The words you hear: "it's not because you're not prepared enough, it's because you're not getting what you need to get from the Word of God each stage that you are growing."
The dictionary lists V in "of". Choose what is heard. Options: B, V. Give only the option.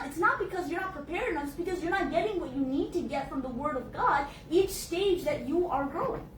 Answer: V